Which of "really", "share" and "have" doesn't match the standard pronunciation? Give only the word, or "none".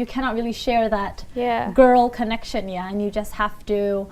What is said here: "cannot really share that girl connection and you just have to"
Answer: have